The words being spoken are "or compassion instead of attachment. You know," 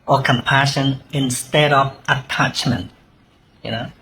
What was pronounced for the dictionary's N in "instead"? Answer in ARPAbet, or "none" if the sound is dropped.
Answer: N